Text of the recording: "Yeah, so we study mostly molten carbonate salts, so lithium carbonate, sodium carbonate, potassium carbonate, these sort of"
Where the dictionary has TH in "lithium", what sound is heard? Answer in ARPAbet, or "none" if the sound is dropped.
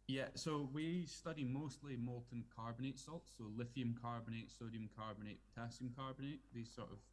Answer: F